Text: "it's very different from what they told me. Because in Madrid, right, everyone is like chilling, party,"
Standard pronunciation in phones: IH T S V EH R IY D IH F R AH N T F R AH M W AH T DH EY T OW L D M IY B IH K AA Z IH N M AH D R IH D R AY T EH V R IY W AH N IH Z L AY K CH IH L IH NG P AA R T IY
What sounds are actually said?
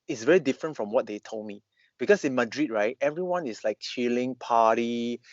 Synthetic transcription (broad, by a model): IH T S V EH R IY D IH F R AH N T F R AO M W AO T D EY T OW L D M IY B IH K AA S IH N M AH D R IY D R AY T EH V R IY W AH N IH S L AY K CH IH L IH NG P AA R T IY